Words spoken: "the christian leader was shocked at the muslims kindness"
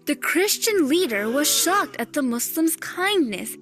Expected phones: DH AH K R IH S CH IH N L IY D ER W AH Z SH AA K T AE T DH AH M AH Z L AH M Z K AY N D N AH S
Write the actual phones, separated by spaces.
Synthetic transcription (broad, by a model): DH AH K R IH S CH IH N L IY D ER W AH Z SH AA K T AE T DH AH M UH S L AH M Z K AY N D N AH S